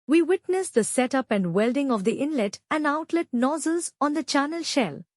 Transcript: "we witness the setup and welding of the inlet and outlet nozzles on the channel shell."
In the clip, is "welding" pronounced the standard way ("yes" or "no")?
yes